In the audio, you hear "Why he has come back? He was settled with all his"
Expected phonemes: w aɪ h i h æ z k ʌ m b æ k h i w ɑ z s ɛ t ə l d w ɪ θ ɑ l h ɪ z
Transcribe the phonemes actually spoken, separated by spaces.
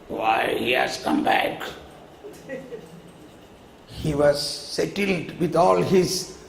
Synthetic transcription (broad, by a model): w aɪ h i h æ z k ʌ m b æ k h i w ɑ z s ɛ t ə l d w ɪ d ɑ l h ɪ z